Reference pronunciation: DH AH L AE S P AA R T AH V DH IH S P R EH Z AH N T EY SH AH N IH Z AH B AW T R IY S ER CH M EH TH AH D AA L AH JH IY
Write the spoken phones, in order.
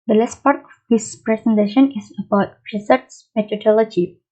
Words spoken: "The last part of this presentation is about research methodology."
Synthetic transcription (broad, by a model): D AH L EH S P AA R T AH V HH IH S P R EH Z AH N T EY SH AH N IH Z AH B AW T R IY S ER S M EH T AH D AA L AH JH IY